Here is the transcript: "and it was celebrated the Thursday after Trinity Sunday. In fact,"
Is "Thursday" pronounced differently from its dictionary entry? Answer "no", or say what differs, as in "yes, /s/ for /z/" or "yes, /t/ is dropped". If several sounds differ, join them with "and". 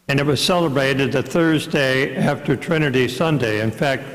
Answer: no